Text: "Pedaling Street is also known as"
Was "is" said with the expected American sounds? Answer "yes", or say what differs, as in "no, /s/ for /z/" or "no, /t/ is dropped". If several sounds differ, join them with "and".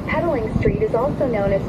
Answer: yes